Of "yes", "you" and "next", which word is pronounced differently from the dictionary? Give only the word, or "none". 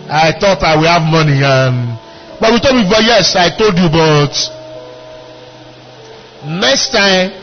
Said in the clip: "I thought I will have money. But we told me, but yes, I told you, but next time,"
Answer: none